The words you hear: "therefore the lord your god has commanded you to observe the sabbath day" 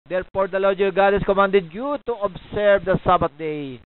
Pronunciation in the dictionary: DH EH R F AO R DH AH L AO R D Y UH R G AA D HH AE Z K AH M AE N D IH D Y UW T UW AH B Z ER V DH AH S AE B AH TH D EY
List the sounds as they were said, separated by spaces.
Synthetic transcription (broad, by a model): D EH R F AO R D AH L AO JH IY G AA D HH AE S K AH M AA N D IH D Y UW T UW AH B S ER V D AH S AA B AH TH D EY